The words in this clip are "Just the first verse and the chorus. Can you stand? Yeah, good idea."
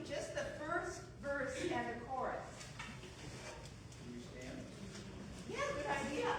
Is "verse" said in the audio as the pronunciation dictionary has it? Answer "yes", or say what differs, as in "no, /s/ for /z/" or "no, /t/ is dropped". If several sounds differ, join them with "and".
yes